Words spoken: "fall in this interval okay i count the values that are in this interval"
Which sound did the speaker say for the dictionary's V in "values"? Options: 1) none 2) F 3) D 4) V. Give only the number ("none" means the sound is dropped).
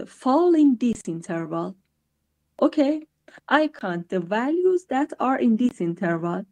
4